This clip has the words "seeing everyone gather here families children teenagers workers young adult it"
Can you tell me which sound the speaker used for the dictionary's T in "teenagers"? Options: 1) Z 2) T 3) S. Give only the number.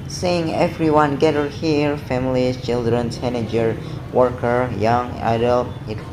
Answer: 3